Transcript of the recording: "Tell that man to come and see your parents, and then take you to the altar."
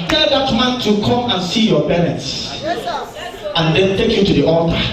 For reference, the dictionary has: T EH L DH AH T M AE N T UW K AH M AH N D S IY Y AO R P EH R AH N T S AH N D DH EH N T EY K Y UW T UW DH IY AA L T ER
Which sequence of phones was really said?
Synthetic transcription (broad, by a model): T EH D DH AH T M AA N T UW K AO M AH N S IY Y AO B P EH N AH T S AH N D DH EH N T EY K Y UW T UW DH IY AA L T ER